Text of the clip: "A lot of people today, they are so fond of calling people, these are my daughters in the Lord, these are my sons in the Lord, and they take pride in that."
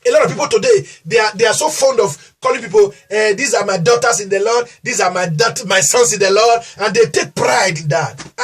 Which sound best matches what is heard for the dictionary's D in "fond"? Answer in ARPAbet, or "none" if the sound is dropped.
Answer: D